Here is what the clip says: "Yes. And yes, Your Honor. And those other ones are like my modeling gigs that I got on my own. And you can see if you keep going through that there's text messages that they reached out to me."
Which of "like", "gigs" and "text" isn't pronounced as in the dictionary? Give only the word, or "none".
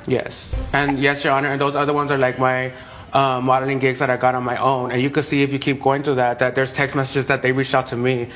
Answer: none